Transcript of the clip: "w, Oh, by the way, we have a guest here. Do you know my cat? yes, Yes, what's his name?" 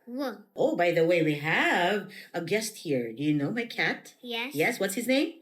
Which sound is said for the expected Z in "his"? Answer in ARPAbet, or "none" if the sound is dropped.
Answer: Z